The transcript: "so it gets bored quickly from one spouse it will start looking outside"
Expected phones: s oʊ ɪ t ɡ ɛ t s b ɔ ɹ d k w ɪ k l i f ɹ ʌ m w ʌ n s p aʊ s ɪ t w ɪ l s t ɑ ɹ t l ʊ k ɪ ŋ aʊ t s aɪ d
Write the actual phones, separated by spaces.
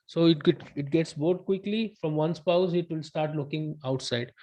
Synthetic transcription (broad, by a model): s oʊ ɪ t ɡ ɛ t s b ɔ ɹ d k w ɪ k l i f ɹ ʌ m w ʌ n s p aʊ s ɪ t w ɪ l s t ɑ ɹ t l ʊ k ɪ ŋ aʊ t s aɪ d